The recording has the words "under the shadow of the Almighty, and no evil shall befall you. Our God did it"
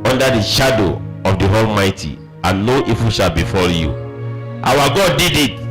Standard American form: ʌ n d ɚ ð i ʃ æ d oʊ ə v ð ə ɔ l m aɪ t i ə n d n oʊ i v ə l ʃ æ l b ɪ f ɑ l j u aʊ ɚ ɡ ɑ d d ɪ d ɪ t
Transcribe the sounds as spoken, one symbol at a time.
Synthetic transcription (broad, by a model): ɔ n d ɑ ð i ʃ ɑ d oʊ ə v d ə ɔ l m aɪ t i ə n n oʊ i f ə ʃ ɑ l b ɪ f ɑ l j u aʊ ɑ ɡ ɑ d d ɪ d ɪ t